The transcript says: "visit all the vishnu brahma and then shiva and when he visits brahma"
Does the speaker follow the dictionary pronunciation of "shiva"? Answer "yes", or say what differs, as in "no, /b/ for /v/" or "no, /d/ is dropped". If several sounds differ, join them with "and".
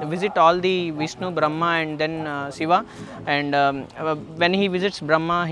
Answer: no, /s/ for /ʃ/